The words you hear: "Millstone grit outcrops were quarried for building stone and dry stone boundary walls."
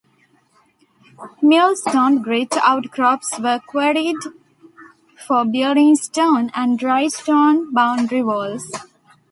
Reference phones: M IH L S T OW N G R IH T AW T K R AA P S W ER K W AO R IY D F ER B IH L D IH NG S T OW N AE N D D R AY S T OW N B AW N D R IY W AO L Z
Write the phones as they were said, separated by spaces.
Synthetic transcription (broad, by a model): M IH L S T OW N G R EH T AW T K R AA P S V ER K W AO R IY D F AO B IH D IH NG S T OW N AE N D D R AY S T OW N B AW N D R IY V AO L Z